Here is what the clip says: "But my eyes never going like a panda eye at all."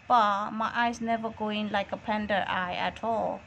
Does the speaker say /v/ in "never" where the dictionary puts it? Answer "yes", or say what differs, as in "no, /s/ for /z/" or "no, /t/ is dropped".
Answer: yes